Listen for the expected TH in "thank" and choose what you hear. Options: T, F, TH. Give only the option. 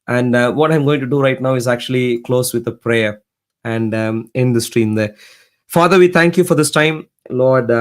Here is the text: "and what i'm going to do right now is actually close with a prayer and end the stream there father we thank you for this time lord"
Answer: T